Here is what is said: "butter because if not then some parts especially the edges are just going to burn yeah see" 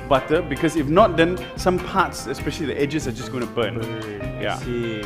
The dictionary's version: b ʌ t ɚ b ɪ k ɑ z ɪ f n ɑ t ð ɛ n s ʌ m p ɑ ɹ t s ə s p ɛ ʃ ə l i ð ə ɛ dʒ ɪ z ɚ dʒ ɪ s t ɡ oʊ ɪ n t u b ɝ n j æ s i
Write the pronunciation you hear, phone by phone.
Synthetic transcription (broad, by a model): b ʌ t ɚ b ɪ k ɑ s ɪ f n ɑ t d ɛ n s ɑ m p ɑ t s ə s p ɛ ʃ ə l i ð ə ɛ dʒ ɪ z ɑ dʒ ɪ s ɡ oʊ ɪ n t u b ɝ n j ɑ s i